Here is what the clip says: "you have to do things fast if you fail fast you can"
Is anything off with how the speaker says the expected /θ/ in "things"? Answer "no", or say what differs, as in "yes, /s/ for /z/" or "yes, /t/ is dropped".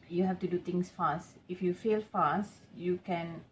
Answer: yes, /t/ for /θ/